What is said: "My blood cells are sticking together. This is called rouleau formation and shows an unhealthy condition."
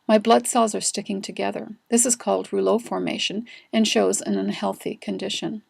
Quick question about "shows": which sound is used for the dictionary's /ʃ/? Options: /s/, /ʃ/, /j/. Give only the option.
/ʃ/